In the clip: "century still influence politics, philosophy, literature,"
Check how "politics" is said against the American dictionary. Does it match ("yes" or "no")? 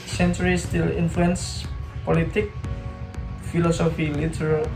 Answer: no